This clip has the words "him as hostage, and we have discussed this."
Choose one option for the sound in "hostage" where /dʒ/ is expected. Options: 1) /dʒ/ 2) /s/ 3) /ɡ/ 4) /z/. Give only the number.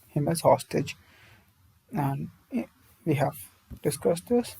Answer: 1